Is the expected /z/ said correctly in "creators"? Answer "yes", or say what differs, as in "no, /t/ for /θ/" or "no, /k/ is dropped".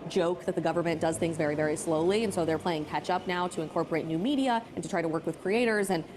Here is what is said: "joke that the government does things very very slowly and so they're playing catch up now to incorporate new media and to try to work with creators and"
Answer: yes